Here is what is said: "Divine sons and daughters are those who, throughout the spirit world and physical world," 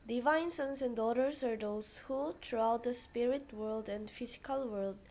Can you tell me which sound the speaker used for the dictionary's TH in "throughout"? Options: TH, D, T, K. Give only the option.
T